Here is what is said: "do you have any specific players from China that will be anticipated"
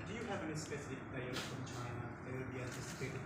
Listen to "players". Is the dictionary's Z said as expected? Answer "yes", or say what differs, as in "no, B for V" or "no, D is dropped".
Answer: no, Z is dropped